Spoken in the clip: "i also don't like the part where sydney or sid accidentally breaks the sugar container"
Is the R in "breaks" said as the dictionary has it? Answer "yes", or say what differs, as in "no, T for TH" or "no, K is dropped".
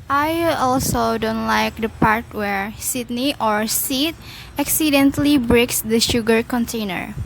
yes